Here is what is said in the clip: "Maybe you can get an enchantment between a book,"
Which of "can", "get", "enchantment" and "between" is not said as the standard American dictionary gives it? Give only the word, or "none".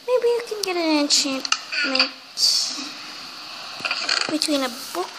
none